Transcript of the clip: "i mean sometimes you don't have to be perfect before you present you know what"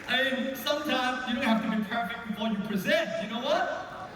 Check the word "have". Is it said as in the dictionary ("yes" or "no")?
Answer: no